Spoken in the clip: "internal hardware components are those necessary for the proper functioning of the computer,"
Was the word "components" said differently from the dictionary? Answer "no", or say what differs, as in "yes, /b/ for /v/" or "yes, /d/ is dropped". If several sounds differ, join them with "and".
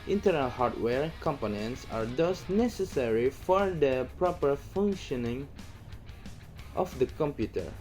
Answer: no